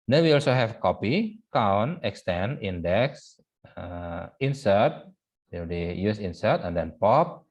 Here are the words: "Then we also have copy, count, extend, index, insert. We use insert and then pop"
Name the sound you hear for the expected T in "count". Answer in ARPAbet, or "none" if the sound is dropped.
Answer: none